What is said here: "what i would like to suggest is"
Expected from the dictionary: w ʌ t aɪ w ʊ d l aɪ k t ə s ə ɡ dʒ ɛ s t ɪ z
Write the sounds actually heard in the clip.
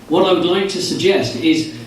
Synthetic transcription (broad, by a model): w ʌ t aɪ w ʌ d l aɪ k t ə s ə ɡ dʒ ɛ s t ɪ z